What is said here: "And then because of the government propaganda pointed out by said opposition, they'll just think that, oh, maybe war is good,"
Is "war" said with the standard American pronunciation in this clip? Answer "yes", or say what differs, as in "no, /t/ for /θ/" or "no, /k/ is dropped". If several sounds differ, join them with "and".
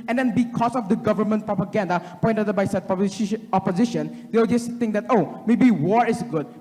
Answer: yes